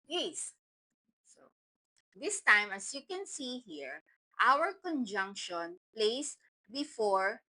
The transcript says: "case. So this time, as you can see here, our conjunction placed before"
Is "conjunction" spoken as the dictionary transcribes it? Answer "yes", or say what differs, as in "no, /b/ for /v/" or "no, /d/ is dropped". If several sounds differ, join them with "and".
yes